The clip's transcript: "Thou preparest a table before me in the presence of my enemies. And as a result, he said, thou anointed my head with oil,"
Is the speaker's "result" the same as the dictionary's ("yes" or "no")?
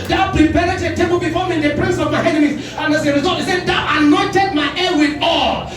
no